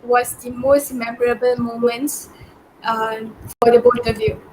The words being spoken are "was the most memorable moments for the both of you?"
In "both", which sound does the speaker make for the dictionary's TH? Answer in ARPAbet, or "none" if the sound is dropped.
T